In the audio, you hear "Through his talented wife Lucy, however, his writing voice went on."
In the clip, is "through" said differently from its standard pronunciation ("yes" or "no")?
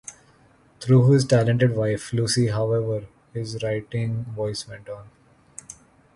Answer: yes